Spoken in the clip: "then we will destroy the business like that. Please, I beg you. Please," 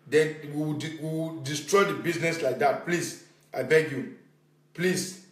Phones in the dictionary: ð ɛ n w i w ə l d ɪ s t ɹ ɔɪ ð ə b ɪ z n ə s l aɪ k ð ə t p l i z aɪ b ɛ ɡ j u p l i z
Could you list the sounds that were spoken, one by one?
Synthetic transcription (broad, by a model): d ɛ n w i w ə w d ɪ s t ɹ ɔɪ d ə b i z n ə s l aɪ k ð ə t p l i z aɪ b ɛ ɡ j u p l i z